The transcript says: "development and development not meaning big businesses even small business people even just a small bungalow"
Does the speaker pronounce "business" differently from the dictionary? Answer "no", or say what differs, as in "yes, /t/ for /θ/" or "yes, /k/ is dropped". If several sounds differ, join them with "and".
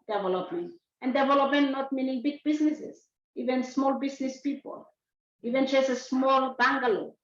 yes, /s/ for /z/